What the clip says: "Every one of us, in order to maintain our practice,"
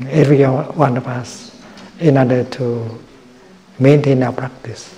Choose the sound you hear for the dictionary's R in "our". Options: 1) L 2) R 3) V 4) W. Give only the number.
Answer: 4